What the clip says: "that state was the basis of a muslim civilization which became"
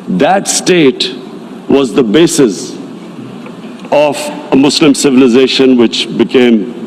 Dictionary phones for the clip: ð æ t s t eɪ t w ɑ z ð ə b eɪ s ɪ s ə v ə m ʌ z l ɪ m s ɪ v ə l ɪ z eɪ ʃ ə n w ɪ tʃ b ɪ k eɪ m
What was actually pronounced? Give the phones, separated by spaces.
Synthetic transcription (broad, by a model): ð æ t s t eɪ t w ɑ z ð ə b eɪ s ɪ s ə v ə m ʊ s l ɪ m s ɪ v ə l ɪ z eɪ ʃ ə n w ɪ tʃ b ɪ k eɪ m